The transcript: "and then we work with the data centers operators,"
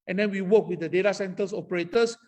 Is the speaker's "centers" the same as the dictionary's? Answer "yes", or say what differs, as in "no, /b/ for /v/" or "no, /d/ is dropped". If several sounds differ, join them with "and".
no, /s/ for /z/